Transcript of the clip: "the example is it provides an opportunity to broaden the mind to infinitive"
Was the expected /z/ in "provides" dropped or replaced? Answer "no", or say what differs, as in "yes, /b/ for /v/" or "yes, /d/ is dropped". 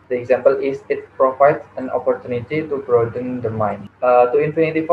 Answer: yes, /s/ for /z/